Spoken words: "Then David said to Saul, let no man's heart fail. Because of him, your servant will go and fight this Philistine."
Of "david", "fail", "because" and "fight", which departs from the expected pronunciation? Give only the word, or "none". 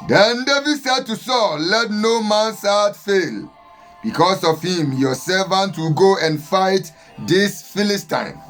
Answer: because